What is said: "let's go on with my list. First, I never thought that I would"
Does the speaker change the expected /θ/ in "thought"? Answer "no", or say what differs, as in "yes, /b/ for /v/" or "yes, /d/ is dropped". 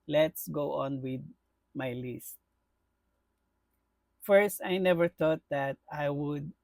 yes, /t/ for /θ/